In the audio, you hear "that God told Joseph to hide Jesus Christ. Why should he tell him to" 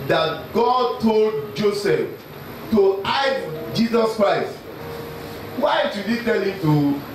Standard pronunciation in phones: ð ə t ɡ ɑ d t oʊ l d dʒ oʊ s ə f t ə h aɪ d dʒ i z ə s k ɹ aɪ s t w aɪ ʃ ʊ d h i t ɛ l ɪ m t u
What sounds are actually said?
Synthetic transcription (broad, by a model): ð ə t ɡ ɑ d t oʊ l d dʒ oʊ s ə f t ə aɪ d dʒ i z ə s k ɹ aɪ s t w aɪ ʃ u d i t ɛ l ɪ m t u